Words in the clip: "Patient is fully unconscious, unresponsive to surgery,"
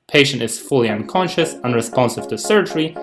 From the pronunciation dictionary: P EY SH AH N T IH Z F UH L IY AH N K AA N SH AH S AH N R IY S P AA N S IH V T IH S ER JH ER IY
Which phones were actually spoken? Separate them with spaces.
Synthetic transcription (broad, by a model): P EY SH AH N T IH Z F UH L IY AH N K AA N SH AH S AH N R IY S P AA N S IH V T IH S ER JH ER IY